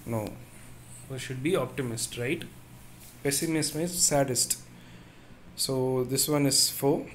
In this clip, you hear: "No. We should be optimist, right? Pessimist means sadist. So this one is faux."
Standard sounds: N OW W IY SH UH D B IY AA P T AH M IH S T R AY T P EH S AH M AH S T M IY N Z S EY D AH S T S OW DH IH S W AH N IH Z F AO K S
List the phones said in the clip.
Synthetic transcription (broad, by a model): N OW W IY SH UH D B IY AA P T AH M IH S T R AY T P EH S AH M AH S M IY Z S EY D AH S T S OW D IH S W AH N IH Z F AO